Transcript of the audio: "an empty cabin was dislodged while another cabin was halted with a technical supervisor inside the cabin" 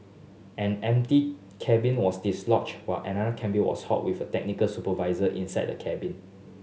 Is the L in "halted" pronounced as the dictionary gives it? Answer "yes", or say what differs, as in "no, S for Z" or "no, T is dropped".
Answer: no, L is dropped